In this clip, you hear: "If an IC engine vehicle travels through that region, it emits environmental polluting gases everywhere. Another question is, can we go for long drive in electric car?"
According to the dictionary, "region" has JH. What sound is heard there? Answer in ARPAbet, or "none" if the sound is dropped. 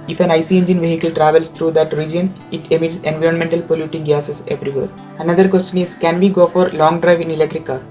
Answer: JH